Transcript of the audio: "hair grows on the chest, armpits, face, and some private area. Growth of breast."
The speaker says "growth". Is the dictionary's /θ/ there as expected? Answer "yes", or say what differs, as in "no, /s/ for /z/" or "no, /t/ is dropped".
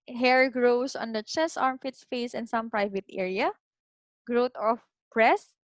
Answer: no, /t/ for /θ/